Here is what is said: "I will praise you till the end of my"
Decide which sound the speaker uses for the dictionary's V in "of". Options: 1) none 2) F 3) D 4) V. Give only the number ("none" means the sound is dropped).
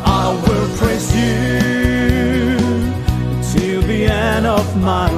4